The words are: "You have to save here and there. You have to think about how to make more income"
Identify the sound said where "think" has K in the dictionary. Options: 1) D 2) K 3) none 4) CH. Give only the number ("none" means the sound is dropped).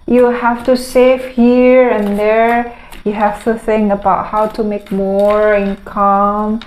3